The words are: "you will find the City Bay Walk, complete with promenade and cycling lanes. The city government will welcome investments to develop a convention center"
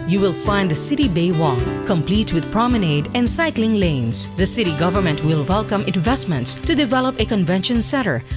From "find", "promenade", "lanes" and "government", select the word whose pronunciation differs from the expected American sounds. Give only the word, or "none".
lanes